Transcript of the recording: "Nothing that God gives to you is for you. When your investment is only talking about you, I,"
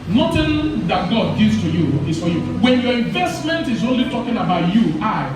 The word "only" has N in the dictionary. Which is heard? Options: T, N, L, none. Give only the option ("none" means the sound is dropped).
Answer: N